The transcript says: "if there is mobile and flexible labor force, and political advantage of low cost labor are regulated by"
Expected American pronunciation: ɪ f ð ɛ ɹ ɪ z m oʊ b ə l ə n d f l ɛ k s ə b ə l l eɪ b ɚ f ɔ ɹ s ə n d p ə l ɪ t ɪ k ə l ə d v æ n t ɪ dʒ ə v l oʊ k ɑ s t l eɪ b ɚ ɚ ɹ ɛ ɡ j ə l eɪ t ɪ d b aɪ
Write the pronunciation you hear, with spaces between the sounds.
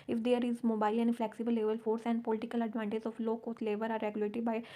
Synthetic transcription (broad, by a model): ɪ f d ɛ ɹ ɪ z m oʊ b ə l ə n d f l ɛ k s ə b ə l l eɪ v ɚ f ɔ ɹ s ə n d p ə l ɪ t ɪ k ə l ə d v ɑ n t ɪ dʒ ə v l oʊ k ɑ t l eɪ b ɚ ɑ ɹ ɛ ɡ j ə l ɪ t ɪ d b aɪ